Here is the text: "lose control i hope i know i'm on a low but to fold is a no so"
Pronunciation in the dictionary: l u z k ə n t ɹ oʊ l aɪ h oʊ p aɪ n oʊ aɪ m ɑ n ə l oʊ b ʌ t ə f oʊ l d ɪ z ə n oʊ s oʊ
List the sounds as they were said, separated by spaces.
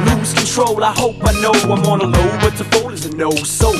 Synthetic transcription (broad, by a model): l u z k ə n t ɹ oʊ l aɪ h oʊ p aɪ n oʊ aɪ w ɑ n ə l oʊ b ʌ t ə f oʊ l ɪ z ə n oʊ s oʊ